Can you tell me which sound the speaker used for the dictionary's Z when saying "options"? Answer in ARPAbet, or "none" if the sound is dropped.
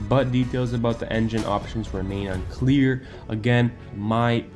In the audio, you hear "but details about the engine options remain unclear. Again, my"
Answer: Z